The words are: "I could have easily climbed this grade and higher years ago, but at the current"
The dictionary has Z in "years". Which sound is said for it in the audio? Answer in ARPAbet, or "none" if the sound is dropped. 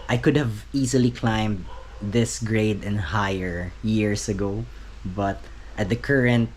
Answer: S